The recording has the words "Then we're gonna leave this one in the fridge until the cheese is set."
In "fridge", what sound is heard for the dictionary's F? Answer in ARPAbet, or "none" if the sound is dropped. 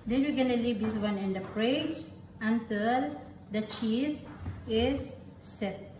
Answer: P